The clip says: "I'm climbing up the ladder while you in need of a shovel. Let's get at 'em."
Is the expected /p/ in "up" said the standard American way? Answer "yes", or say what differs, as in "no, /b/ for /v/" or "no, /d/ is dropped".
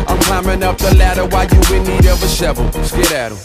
yes